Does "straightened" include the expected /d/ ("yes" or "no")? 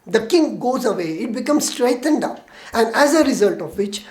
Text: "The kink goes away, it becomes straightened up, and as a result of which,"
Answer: yes